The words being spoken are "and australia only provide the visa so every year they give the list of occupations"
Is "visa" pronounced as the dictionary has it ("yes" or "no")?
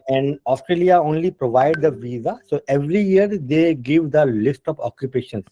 yes